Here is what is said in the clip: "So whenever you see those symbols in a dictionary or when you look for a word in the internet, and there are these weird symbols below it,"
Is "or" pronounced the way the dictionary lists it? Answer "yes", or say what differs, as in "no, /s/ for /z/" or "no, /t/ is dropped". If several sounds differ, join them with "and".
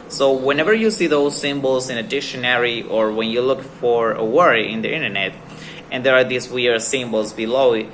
yes